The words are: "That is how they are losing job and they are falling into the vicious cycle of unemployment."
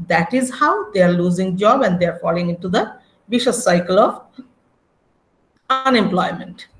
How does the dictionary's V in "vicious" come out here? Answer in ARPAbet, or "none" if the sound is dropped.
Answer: B